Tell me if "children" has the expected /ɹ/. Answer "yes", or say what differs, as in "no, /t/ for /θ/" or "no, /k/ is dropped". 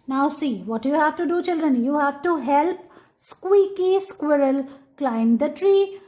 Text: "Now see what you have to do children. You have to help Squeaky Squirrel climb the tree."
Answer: yes